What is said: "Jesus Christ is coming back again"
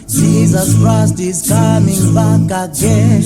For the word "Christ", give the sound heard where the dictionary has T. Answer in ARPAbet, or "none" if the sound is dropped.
T